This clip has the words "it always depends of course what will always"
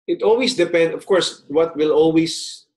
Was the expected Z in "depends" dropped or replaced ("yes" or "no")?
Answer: yes